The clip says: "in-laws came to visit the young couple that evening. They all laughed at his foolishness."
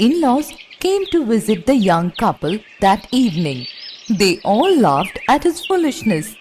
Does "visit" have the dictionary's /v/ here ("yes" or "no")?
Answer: yes